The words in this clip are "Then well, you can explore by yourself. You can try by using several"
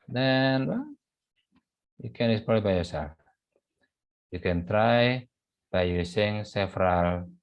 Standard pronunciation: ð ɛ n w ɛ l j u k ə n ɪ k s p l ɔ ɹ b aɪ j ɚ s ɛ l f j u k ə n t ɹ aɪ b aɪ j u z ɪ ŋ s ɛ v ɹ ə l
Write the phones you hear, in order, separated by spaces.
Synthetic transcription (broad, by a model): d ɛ n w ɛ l j u k ə n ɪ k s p ɔ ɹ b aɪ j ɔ s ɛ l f j u k ə n t ɹ aɪ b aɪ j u s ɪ ŋ s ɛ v ɹ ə l